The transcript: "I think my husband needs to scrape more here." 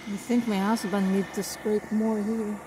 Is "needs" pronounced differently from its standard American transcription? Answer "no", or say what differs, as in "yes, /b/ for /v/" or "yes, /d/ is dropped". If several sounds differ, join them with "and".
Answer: yes, /z/ is dropped